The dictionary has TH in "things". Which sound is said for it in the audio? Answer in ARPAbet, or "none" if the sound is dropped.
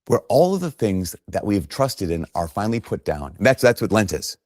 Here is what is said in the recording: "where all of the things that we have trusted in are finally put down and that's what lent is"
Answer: TH